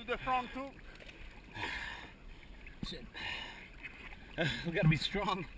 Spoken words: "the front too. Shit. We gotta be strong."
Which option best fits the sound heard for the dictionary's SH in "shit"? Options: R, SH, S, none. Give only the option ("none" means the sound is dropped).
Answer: S